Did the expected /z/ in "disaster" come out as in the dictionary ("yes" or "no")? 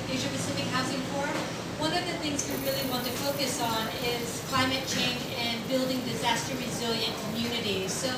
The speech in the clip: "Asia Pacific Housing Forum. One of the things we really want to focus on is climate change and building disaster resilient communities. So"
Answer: yes